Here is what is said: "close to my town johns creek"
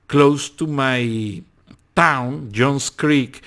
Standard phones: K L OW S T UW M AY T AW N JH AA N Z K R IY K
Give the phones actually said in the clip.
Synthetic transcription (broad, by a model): K L OW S T UW M AY T AW N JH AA N S K R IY K